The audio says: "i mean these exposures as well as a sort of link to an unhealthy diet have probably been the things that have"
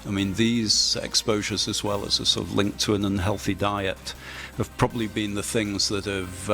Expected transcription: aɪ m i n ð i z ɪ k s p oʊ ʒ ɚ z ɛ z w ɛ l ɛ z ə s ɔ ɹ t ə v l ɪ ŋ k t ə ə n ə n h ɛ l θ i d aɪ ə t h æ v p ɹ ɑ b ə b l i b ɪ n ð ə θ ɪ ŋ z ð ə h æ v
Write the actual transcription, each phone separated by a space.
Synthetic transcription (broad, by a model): aɪ m i n ð i z ɪ k s p oʊ ʒ ɚ z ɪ z w ɛ l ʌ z ə s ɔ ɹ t ə v l ɪ ŋ k t ə ə n ə n h ɛ l θ i d aɪ ə t h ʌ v p ɹ ɑ b ə b l i b ɪ n ð ə θ ɪ ŋ z ð ə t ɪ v